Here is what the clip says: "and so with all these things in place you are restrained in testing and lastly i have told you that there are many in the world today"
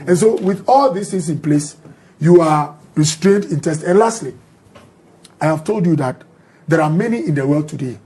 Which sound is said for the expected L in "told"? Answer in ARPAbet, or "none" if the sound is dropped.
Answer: L